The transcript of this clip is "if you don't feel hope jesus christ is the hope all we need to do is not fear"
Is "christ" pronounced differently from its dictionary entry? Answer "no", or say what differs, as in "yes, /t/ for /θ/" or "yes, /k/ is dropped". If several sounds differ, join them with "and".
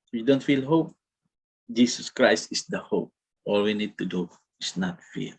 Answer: no